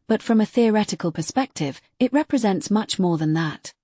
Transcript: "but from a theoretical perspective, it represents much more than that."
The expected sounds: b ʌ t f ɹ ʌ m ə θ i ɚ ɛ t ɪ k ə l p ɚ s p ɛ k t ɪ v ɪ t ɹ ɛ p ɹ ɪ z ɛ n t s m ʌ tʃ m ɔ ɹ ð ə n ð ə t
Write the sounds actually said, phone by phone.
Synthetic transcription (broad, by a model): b ʌ t f ɹ ʌ m ə θ i ɚ ɛ t ɪ k ə l p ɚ s p ɛ k t ɪ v ɪ t ɹ ɛ p ɹ ɪ z ɛ n t s m ʌ tʃ m ɔ ɹ ð ə n ð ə t